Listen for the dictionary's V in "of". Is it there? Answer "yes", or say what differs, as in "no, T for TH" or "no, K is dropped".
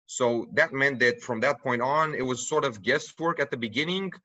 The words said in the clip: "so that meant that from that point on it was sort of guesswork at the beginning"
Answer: yes